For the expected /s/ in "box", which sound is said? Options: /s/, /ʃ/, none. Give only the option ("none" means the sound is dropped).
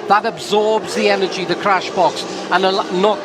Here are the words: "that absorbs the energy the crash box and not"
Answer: /s/